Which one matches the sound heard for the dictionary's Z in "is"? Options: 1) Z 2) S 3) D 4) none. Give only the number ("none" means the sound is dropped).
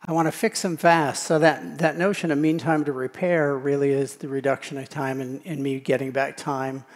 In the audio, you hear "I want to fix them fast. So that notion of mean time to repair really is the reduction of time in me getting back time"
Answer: 1